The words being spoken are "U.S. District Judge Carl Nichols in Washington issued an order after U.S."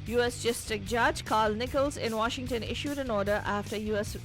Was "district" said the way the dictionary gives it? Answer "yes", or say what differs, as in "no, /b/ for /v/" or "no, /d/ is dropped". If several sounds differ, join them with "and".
no, /ɹ/ is dropped